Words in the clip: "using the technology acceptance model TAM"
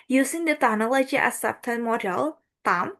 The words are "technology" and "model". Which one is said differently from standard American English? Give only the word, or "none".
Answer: technology